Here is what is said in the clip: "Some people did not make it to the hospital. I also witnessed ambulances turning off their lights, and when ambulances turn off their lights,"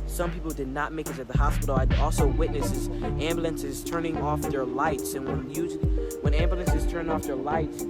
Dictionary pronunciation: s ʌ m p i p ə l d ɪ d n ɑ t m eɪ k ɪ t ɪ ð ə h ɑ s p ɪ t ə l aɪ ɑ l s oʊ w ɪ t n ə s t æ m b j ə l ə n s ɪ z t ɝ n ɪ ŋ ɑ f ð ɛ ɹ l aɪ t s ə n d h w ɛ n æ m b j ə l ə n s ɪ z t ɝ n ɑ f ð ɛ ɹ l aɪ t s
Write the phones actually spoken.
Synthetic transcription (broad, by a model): s ʌ m p i p l d ɪ d n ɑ t m eɪ k ɪ s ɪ ð ə h ɑ s p ɪ t l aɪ ɑ l s oʊ w ɪ t n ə s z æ m b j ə l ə n s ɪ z t ɝ n ɪ ŋ ɑ f ð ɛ ɹ l aɪ t s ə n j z w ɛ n æ m b j ə l ə n s ɪ z t ɝ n ɑ f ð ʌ ɹ l aɪ t s